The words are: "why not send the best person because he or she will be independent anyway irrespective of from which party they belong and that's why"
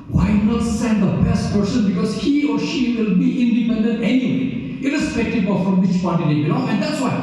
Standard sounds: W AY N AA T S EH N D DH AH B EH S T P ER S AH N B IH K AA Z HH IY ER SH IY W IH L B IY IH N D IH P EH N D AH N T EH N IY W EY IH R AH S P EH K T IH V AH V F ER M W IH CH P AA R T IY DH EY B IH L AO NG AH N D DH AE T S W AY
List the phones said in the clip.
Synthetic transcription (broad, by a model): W AY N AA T S EH N D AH B EH S T P ER S AH N B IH K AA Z HH IY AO SH IY W IH L B IY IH N D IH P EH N D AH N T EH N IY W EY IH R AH S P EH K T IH B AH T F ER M W IH CH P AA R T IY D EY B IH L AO AH N D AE T S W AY